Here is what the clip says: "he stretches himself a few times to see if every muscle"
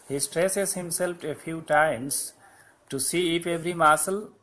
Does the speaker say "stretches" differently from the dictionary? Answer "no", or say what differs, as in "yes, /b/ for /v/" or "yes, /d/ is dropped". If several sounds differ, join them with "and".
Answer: yes, /s/ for /tʃ/